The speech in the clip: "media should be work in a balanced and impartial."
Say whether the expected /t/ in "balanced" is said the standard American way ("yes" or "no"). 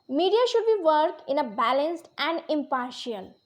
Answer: yes